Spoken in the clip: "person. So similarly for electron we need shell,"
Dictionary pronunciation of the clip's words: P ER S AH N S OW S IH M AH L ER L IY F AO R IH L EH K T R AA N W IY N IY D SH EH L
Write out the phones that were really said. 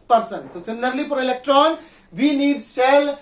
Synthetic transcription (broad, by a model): P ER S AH N S OW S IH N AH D L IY P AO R IH L EH K T R AA N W IY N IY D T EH L